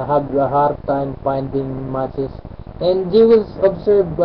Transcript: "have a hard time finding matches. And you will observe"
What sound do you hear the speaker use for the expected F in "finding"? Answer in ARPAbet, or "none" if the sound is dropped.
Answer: P